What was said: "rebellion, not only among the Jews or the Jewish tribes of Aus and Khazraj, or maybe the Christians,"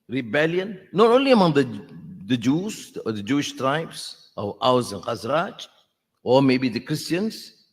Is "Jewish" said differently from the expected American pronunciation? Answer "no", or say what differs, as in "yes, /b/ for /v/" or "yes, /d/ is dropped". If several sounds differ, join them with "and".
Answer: no